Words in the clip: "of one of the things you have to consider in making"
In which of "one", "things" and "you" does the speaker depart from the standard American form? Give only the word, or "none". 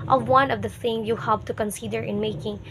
things